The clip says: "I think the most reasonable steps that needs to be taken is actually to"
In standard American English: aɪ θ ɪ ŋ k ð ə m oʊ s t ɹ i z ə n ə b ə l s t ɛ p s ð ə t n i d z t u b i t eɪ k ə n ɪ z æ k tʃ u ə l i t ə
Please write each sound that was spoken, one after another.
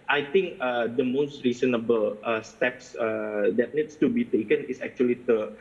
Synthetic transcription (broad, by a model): aɪ t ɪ ŋ k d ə m oʊ s t ɹ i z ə n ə b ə l s t ɛ p s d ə t n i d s t u b i t eɪ k ə n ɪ s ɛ k tʃ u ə l i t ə